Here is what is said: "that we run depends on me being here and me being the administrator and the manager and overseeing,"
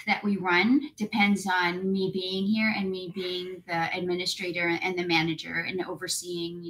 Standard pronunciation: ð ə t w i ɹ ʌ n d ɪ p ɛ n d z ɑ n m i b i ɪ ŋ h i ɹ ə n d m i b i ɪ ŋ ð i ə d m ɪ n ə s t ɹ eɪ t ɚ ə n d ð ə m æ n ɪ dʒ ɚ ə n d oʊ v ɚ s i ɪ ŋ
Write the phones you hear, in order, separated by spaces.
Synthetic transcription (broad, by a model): ð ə t w i ɹ ʌ n d ɪ p ɛ n d z n m i b i ɪ ŋ h i ɹ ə n m i b i ɪ ŋ ð i ə d m ɪ n ə s t ɹ eɪ t ɚ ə n ð ə m æ n ɪ dʒ ɚ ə n oʊ v ɚ s i ɪ ŋ